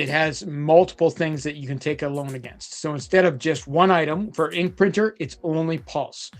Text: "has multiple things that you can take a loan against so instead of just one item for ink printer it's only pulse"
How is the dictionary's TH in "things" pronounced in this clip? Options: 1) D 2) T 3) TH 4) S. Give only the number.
3